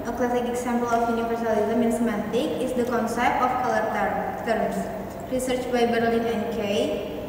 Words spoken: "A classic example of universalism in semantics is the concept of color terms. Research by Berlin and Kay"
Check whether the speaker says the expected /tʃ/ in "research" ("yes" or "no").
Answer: yes